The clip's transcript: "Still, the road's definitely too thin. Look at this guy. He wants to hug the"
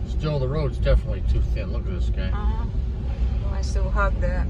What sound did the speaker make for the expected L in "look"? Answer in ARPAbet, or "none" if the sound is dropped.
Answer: L